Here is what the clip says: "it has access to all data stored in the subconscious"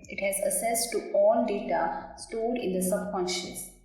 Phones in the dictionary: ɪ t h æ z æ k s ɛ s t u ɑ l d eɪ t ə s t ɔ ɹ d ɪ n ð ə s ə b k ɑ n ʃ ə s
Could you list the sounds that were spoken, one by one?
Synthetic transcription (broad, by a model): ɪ t h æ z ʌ s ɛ s t u ɑ l d eɪ t ə s t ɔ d ɪ n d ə s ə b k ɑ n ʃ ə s